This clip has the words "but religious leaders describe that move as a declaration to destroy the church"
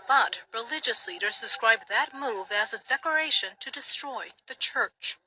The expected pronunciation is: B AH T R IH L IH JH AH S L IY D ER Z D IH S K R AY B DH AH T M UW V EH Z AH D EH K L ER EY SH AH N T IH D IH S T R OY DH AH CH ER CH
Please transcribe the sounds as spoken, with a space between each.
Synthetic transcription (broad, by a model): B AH T R IH L IH JH AH S L IY D ER Z D IH S K R AY B DH AH T M UW V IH Z AH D EH K ER EY SH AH N T IH D IH S T R OY DH AH CH ER CH